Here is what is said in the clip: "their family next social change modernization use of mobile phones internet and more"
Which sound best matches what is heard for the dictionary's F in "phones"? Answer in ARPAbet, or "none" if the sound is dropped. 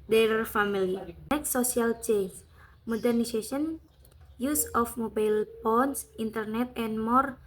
P